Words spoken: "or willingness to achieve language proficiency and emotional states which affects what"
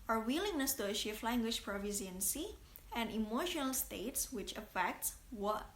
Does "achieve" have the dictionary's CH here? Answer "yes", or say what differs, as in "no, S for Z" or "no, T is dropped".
no, SH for CH